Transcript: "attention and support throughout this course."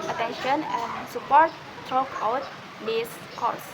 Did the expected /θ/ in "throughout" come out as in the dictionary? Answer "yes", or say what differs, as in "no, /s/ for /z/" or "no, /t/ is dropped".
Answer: no, /t/ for /θ/